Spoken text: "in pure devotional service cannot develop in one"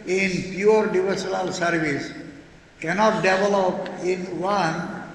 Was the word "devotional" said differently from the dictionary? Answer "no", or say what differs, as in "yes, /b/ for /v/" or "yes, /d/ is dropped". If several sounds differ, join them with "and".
yes, /s/ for /ʃ/ and /l/ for /n/